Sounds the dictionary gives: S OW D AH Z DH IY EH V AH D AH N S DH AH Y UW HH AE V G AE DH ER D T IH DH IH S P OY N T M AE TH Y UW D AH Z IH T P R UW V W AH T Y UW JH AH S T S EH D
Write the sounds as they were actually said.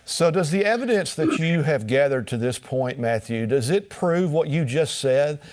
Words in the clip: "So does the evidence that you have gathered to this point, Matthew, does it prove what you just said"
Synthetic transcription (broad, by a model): S OW D AH Z DH IY EH V AH D AH N S DH AH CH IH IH V G AE DH ER D T IH DH IH S P OY N M AE TH Y UW D AH Z IH T P R UW V W AH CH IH JH AH S T S EH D